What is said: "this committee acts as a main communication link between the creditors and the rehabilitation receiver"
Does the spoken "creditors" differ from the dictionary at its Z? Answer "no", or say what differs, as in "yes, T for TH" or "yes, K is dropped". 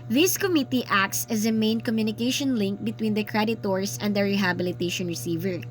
yes, S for Z